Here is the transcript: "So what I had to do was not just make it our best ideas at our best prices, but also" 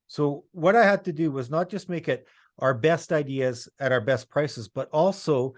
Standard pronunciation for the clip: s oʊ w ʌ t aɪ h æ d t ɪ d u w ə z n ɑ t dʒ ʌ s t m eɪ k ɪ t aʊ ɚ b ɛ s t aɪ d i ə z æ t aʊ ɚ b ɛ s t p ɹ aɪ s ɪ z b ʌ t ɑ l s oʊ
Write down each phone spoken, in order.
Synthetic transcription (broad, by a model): s oʊ w ʌ t aɪ h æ d t ɪ d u w ə z n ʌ t dʒ ʌ s t m eɪ k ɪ t aʊ ɚ b ɛ s t aɪ d i ə z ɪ t aʊ ɚ b ɛ s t p ɹ aɪ s ɪ z b ʌ t ɑ l s oʊ